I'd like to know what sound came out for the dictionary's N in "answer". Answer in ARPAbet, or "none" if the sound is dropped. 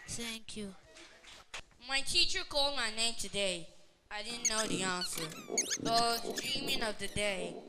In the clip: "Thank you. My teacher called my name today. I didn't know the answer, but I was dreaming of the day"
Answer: N